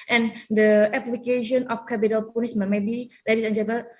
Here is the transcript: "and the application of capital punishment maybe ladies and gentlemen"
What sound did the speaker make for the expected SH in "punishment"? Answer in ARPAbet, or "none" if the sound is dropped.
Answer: S